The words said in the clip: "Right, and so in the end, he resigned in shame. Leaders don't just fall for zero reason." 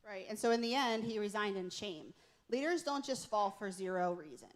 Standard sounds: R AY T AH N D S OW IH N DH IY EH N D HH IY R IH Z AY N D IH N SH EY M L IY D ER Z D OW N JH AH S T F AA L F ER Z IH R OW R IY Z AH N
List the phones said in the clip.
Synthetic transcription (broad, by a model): R AY T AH N S OW IH N DH IY EH N D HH IY R IH Z AY N D IH N SH EY M L IY D ER Z D OW N JH AH S T F AA L F ER Z IH R OW R IY Z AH N